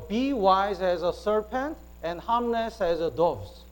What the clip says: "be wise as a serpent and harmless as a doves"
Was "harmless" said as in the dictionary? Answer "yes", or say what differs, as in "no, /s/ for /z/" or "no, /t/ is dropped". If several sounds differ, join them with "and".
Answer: no, /n/ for /l/